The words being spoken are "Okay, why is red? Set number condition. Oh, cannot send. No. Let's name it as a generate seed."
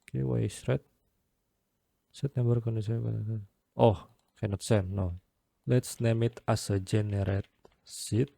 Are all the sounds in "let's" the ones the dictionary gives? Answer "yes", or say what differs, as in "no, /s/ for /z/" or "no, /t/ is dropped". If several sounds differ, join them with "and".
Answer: yes